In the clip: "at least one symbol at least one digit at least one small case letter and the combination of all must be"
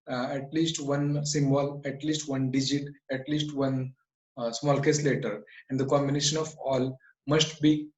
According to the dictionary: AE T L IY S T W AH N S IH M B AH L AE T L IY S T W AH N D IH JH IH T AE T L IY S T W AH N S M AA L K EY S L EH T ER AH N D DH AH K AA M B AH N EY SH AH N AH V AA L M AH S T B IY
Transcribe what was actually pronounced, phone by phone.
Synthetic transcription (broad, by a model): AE T L IY S T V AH N S IH M B AH L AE T L IY S T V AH N D IH JH IH T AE T L IY S T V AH N S M AA L K EY S L EH T ER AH N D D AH K AA M B AH N EY SH AH N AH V AA L M AH S T B IY